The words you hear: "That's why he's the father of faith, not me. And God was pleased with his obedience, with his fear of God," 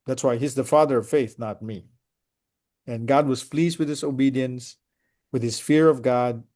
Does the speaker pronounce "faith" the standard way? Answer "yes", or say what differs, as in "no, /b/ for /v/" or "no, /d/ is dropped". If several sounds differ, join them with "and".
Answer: yes